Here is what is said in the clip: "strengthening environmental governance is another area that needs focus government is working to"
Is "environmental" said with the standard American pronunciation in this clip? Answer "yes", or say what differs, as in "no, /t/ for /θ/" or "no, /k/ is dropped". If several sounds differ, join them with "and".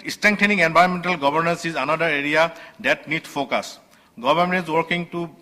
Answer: no, /b/ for /v/ and /ɹ/ is dropped